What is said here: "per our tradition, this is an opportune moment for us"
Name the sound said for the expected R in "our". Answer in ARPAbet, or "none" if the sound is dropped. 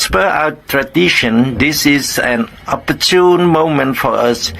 W